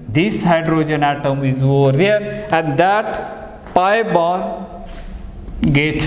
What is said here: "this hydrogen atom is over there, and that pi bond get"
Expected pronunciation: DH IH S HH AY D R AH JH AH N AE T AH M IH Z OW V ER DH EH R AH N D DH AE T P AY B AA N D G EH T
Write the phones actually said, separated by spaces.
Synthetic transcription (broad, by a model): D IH S HH AY D R AH JH AH N AE T AH M IH Z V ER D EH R AH N D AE T P AY B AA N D G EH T